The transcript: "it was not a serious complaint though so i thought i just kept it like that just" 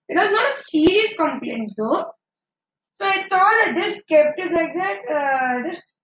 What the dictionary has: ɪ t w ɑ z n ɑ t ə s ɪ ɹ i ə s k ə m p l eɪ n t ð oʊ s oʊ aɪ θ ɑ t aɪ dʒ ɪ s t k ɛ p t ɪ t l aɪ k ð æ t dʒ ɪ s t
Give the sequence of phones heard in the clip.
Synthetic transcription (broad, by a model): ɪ t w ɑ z n ɑ t ə s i ɹ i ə s k ə m p l eɪ n t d oʊ s oʊ aɪ t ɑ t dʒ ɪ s k ɛ p t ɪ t l aɪ k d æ t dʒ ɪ s